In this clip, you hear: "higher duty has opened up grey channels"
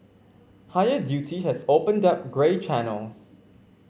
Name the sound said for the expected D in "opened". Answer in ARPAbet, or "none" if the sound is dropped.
D